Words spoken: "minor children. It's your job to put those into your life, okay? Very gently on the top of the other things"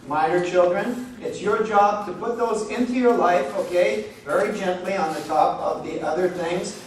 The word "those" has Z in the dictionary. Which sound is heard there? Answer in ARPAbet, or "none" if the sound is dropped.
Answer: Z